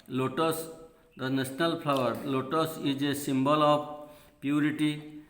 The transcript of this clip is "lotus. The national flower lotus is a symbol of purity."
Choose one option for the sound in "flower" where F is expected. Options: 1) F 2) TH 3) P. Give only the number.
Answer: 3